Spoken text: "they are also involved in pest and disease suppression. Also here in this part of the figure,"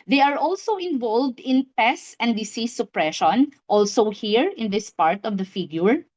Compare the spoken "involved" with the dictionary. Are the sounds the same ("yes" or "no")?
yes